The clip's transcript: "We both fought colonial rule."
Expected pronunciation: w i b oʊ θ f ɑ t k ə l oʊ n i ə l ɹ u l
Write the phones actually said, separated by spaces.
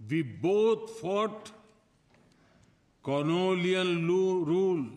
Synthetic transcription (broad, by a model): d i b oʊ t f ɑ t k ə n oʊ l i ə n ɹ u l